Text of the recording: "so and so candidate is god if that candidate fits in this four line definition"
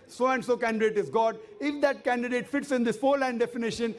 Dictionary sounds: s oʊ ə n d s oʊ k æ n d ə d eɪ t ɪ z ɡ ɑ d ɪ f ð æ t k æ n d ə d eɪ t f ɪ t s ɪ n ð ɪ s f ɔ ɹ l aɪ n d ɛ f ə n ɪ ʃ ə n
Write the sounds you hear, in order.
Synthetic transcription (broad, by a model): s oʊ ə n d s oʊ k æ n d ə d eɪ t ɪ z ɡ ɑ d ɪ f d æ t k æ n d ə d eɪ t f ɪ t s ɪ n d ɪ s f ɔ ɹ l aɪ n d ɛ f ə n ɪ ʃ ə n